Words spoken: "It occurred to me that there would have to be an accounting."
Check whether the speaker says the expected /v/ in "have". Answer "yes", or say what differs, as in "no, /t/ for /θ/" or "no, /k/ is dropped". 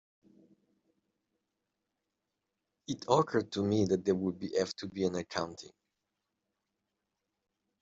no, /f/ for /v/